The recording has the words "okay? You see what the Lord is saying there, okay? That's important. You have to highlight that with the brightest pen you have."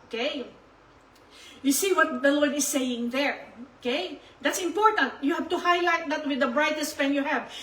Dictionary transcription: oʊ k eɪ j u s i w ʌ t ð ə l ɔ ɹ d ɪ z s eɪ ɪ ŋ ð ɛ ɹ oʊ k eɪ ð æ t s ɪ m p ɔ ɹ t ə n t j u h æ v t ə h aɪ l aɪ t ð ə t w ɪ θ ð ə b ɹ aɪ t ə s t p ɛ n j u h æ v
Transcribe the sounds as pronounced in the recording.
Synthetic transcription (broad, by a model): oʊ k eɪ j u s i w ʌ t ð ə l ɔ ɹ d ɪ s eɪ ɪ ŋ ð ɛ ɹ oʊ k eɪ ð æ t s ɪ m p ɔ ɹ t ə n t j u h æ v t ə h aɪ l aɪ t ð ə t w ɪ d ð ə b ɹ aɪ t ə s t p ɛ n j u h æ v